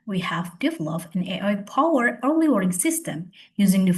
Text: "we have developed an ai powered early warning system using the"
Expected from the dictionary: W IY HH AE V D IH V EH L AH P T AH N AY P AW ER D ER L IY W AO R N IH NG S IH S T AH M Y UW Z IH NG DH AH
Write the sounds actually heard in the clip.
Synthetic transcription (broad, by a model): W IY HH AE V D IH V L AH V AH N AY P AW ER ER L IY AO R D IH NG S IH S T AH M Y UW Z IH NG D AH